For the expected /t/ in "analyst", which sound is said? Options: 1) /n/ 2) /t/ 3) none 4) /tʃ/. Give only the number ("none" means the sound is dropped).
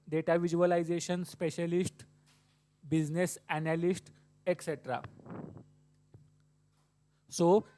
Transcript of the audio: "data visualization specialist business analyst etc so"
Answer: 2